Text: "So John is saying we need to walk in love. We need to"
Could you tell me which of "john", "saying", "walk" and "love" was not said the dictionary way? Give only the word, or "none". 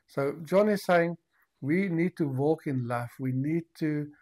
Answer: love